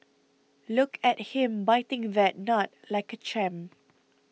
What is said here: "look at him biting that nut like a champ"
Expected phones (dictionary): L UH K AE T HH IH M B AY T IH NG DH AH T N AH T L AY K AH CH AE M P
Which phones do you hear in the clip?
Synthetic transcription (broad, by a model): L UH K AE T HH IH M B AY T IH NG DH AH T N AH T L AY K AH CH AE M